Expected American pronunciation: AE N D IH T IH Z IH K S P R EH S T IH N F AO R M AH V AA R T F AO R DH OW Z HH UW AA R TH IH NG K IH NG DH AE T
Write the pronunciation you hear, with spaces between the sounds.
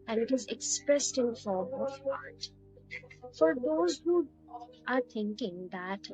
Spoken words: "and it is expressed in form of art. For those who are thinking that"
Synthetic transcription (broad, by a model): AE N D IH T IH Z IH K S P R EH S T IH N F AO R M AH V AA R T F AO R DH OW Z HH UW AA R T IH NG K IH NG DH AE T